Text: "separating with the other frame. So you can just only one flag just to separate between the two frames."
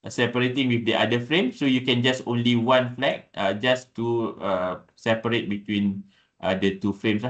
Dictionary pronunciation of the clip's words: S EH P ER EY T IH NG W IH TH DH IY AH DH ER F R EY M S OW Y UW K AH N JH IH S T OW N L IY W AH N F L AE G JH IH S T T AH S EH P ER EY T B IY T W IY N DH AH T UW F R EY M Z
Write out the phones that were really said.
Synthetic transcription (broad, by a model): S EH P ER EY T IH NG W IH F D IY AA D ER F R EY M S OW Y UW K AH N JH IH S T OW N L IY W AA N F L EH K JH IH S T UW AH S EH P ER EY T B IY T W IY N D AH T UW F R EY M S